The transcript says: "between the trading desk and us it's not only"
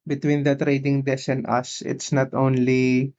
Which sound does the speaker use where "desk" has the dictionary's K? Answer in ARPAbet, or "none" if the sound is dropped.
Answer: none